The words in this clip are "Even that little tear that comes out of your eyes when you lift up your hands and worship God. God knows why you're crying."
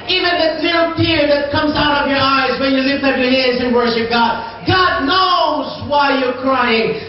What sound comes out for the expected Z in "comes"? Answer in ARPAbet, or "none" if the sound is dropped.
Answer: Z